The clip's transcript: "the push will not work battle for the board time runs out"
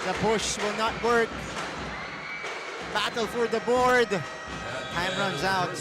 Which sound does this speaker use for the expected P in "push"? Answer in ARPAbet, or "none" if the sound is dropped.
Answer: B